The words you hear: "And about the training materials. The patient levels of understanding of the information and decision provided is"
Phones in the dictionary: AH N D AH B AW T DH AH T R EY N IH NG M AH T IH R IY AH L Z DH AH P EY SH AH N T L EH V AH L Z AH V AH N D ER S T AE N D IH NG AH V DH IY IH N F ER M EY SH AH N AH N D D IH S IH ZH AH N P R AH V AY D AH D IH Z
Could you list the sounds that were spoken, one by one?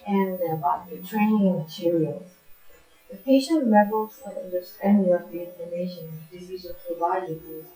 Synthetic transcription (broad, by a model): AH N AH B AW T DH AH T R EY N IH NG M AH T IH R IY AH L Z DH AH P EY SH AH N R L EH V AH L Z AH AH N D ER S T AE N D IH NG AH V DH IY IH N ER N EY AH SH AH N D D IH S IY Z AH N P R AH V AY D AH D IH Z